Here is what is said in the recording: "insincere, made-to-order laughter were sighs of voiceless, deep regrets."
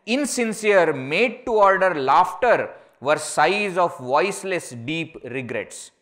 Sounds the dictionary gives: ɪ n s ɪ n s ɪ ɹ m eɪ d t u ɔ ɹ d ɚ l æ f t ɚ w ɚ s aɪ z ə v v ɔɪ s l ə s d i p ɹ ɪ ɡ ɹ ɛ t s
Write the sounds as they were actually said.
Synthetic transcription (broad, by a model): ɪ n s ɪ n s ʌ ɹ m eɪ d t u ɔ ɹ d ɚ l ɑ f t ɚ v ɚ s aɪ z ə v v ɔɪ s l ə s d i p ɹ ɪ ɡ ɹ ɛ t s